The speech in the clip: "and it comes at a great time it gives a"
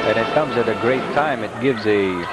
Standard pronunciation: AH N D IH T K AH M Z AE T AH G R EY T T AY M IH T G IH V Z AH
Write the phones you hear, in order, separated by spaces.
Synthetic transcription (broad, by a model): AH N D IH T K AH M Z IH T AH G R EY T T AY M IH T G IH V Z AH